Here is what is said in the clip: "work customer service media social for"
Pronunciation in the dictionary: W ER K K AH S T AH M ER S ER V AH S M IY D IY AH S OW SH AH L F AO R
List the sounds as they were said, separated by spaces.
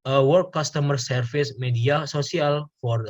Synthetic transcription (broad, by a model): W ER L K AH S T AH M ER S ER F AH S M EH D IY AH S OW S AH L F AO R